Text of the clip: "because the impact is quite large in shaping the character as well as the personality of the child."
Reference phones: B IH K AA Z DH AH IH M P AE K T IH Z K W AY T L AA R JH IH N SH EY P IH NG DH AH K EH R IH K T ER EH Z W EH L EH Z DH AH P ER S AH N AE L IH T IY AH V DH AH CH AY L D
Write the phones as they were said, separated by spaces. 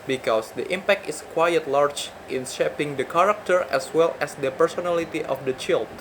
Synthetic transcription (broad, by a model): B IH K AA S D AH IH M P AE K T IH S K W AY T L AA R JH IH N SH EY P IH NG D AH K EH R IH K T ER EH S W EH L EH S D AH P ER S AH N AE L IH T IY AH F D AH CH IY L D